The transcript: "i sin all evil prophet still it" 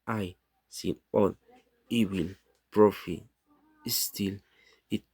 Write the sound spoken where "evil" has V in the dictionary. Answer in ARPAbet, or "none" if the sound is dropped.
W